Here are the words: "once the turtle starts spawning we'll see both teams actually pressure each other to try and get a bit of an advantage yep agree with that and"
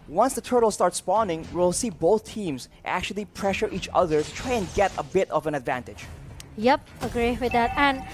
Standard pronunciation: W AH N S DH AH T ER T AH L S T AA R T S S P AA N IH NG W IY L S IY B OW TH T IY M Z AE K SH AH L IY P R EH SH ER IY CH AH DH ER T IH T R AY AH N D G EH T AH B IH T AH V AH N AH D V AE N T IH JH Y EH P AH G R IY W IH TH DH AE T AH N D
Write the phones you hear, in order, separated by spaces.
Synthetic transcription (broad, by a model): W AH N S DH AH T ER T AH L S T AA R T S S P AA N IH NG W IY L S IY B OW TH T IY M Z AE K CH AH L IY P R EH SH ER IY CH AH DH ER T IH T R AY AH N G EH T AH B IH T AH V AH N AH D V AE N T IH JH Y EH P AH G R IY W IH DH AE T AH N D